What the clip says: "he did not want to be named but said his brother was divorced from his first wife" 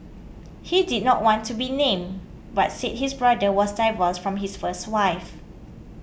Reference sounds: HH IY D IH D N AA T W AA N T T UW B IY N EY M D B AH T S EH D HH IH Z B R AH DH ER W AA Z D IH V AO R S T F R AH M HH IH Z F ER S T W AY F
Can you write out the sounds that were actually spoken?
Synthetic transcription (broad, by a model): HH IY D IH D N AA T W AA N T T UW B IY N EY M B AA T S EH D HH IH S B R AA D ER W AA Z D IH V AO L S F R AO M HH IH S F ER S T W AY F